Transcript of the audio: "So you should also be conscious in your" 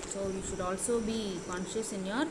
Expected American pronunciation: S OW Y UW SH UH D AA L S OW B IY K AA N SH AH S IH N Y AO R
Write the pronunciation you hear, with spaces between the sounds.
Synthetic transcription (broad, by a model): S OW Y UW SH UH D AA L S OW B IY K AA N SH AH S IH N Y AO R